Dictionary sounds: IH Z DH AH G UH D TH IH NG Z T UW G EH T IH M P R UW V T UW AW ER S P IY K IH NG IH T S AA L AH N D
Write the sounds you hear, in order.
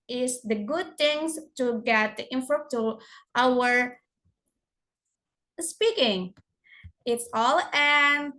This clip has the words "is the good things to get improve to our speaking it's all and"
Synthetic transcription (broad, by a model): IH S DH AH G UH D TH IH NG S T UW G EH T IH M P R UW P T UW AW ER S P IY K IH NG IH T S AA L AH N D